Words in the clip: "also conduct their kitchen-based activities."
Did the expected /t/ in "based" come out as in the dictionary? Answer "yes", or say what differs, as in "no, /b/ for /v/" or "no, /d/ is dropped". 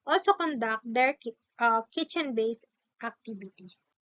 yes